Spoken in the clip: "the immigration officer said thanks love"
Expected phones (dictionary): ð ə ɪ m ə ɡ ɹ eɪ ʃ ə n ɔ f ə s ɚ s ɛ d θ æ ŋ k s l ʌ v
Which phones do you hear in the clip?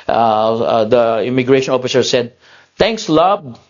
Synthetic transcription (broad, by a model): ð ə ɪ m ə ɡ ɹ eɪ ʃ ə n ɔ f ə s ɚ s ɛ d t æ ŋ k s l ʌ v